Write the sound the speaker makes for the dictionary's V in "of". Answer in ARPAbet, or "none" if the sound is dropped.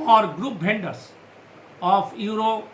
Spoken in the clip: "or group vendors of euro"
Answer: P